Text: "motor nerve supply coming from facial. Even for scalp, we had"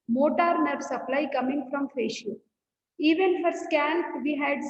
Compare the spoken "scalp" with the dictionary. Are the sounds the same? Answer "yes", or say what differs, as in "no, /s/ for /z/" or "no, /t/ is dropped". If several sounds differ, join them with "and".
no, /n/ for /l/